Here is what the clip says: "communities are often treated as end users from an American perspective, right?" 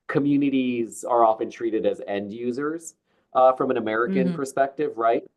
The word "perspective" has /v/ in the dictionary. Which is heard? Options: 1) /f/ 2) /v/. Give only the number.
2